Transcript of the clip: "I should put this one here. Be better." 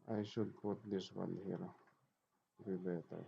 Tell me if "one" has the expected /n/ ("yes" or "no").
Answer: no